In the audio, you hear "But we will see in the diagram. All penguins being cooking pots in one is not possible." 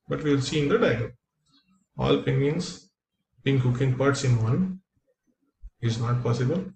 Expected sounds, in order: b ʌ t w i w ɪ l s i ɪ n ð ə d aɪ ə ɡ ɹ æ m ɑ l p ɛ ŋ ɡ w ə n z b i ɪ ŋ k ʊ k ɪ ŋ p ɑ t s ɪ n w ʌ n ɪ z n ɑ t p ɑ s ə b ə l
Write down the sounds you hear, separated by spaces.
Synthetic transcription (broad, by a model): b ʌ t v i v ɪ l s i ɪ n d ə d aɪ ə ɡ ʌ ɑ l p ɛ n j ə n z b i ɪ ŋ k ʊ k ɪ ŋ p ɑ t s ɪ n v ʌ n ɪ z n ɑ t p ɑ s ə b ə l